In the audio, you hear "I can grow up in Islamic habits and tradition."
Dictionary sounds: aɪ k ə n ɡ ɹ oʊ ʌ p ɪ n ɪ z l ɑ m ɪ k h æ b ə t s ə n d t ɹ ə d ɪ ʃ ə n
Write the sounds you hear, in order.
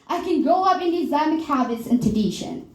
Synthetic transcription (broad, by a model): aɪ k ə n ɡ ɹ oʊ ʌ p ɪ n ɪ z ɑ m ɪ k h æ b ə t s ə n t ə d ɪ ʃ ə n